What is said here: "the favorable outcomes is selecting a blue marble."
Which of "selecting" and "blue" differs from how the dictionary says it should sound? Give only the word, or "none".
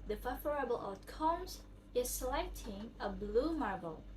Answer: none